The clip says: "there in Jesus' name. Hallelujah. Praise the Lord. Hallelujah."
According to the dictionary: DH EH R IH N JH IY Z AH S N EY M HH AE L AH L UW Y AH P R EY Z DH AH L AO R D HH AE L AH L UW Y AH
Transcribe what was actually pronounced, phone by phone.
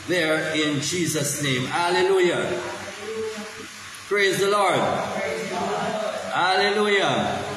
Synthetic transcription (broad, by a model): DH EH R IH N JH IY Z AH S N EY M HH AE L AH L UW Y AH P R EY Z DH AH L AO R D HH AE L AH L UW Y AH